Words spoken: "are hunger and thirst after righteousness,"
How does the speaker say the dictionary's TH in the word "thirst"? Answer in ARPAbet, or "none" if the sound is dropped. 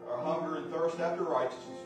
TH